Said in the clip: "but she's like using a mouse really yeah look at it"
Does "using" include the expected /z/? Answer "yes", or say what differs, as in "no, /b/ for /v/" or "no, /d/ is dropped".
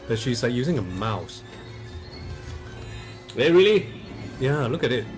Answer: yes